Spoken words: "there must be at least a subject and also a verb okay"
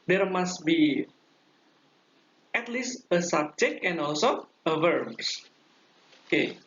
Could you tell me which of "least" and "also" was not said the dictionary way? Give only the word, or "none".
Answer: none